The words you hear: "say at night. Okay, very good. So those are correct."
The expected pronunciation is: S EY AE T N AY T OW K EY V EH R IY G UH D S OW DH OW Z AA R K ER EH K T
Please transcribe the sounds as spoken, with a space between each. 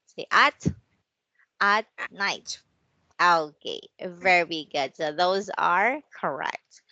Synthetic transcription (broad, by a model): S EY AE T N AY T OW K EY V EH R IY G UH D S OW DH OW Z AA R K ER EH K T